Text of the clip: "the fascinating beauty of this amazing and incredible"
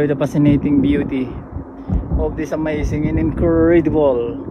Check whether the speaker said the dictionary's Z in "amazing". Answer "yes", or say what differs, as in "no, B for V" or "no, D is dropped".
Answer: no, S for Z